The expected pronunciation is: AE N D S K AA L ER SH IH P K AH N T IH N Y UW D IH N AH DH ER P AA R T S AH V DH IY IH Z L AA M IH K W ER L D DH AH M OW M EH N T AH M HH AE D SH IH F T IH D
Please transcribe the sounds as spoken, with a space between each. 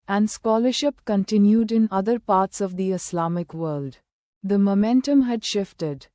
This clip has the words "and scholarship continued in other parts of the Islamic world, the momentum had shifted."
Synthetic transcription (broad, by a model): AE N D S K AA L ER SH IH P K AH N T IH N Y UW D IH N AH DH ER P AA R T S AH V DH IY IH S L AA M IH K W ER L D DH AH M OW M EH N T AH M HH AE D SH IH F T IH D